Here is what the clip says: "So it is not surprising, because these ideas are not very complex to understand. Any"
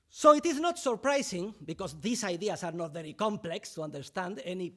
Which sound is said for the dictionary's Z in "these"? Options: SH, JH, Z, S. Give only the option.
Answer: S